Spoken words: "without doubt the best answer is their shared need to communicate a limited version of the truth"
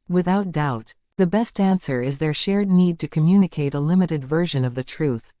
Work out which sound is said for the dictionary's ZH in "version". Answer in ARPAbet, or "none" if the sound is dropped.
ZH